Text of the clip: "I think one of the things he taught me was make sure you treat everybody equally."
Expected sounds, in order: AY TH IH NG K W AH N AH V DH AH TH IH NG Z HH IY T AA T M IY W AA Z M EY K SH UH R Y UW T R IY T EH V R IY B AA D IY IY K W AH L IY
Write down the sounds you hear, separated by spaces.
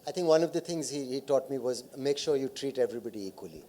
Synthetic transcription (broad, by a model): AY T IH NG K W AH N AH V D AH T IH NG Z HH IY T AA T M IY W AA Z M EY K SH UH R Y UW T R IY T EH V R IY B AA D IY IY K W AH L IY